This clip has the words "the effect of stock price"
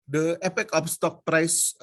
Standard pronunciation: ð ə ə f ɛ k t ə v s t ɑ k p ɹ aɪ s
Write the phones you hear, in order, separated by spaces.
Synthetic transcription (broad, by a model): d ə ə p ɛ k ə f s t ɑ k p ɹ aɪ s